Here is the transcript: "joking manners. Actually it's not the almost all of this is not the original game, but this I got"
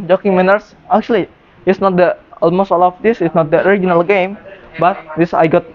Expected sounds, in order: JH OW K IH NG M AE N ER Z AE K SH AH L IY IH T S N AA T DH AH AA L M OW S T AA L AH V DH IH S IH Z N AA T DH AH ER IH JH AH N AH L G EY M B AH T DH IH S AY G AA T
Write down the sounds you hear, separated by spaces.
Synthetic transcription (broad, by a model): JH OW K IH NG M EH N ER S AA K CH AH L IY IH T S N AA T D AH AA L M OW S T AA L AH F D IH S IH S N AA T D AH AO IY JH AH N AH L G EY M B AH T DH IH S AY G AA T